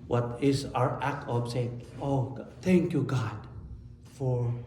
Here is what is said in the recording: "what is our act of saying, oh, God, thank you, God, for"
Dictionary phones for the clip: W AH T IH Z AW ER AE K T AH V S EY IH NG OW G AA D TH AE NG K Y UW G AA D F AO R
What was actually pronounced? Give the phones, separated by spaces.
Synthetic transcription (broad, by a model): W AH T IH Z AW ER AE K T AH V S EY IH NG OW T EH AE NG K Y UW G AA D F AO R